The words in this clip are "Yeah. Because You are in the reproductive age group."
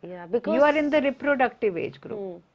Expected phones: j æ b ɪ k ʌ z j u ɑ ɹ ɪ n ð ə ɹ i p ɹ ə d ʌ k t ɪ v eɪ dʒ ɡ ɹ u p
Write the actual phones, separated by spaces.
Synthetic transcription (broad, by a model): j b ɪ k j u ɑ ɹ ɪ n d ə ɹ i p ɹ ə d ʌ k t ɪ v eɪ dʒ ɡ ɹ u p